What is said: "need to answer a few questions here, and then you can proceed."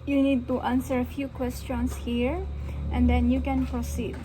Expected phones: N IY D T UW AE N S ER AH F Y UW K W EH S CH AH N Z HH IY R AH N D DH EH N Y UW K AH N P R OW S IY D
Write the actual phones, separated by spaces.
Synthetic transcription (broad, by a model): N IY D T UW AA N S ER AH F Y UW K W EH S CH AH N S HH IY R AH N D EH N Y UW K AH N P R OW S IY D